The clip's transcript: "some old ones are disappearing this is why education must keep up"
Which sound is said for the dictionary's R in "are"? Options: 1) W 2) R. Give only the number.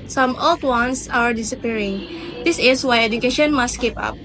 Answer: 2